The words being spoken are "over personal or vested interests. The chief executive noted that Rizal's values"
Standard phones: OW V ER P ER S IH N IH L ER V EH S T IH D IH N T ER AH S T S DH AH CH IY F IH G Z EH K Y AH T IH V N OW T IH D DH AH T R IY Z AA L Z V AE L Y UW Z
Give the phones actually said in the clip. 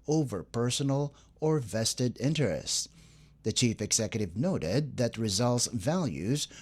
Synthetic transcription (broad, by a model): OW V ER P ER S N L ER V EH S T IH D IH N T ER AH S T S DH AH CH IY F IH G Z EH K Y AH T IH V N OW T IH D DH AH T R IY Z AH L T V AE L Y UW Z